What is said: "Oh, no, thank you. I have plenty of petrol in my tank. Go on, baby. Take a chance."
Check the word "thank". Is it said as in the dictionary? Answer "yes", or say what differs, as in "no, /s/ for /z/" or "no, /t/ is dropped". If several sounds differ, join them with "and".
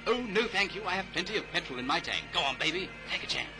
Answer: yes